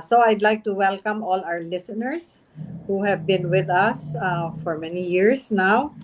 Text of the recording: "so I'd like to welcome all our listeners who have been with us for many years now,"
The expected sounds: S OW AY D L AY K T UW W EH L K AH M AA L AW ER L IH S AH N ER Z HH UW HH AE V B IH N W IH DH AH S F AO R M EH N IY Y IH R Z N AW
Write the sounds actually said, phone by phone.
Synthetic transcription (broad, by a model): S OW AY D L AY K T UW W EH L K AH M AA L AW ER L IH S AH N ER S HH UW HH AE V B IH N W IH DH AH S F AO R M EH N IY Y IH R S N AW